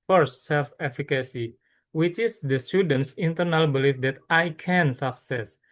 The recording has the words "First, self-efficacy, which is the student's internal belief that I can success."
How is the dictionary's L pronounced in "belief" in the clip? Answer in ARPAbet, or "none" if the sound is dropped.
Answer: L